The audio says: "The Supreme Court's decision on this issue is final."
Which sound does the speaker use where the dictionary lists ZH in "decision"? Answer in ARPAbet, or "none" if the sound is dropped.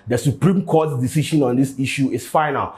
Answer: SH